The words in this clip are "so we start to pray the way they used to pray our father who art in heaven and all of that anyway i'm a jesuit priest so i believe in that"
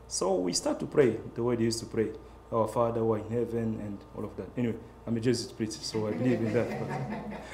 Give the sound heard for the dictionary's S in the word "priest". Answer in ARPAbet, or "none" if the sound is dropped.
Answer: none